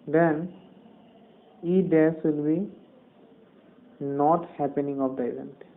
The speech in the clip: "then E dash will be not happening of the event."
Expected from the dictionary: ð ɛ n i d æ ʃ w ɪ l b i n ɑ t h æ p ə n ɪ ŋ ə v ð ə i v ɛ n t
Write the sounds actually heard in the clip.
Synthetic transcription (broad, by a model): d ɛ n i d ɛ s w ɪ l b i n ɑ t h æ p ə n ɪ ŋ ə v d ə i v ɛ n t